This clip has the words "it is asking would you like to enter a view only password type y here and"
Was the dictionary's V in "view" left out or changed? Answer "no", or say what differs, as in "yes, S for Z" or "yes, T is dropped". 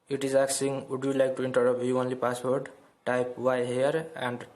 yes, P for V